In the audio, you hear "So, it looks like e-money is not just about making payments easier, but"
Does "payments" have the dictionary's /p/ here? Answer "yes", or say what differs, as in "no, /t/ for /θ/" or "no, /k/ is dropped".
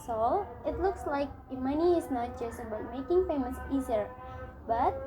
no, /f/ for /p/